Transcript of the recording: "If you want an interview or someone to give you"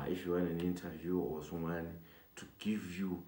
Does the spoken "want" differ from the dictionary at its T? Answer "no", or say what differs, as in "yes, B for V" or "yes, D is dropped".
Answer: yes, T is dropped